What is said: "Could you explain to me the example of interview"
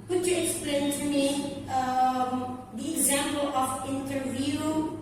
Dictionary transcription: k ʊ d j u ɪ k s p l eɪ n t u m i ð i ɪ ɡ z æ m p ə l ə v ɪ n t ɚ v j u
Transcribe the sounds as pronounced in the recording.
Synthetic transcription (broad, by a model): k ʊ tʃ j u ɪ k s p l eɪ n t u m i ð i ɪ ɡ z æ m p ə l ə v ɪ n t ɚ v j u